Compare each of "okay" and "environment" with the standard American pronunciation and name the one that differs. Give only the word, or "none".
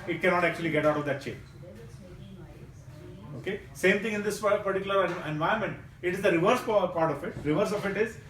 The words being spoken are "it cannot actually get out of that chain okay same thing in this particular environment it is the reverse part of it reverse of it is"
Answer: environment